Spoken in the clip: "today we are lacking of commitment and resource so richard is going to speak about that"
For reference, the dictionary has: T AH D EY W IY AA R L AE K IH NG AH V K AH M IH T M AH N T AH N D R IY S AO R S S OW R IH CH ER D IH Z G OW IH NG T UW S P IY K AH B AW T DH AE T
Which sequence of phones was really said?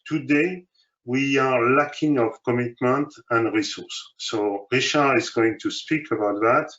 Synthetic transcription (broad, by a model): T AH D EY W IY AA R L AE K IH NG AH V K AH M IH T M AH N T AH N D R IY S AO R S S OW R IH SH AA IH Z G OW IH NG T UW S P IY K AH B AW T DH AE T